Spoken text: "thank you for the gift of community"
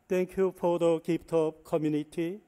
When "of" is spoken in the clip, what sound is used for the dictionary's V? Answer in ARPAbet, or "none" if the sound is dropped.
P